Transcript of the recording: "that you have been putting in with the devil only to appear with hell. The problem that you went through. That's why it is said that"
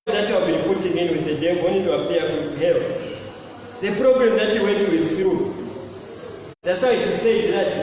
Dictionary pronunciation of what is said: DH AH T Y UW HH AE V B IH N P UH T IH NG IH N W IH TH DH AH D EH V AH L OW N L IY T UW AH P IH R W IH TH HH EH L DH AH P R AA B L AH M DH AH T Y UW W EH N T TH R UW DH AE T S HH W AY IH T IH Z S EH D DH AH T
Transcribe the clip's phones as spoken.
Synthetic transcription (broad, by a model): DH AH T Y UW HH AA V B IH N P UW T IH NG IH N W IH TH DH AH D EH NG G W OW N IY T UW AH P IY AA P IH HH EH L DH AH P R AA B L AH M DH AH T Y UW W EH N T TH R UW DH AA T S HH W IH T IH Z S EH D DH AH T